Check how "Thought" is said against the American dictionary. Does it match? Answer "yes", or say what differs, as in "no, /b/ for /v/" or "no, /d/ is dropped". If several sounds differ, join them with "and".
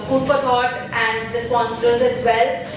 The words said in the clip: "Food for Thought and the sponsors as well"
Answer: no, /t/ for /θ/